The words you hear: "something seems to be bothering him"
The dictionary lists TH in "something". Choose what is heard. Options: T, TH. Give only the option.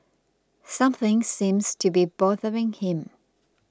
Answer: TH